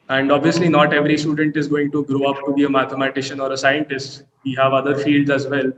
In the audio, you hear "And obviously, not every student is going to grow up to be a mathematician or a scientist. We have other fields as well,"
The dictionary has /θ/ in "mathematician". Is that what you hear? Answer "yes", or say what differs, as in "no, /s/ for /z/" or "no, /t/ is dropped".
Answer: no, /t/ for /θ/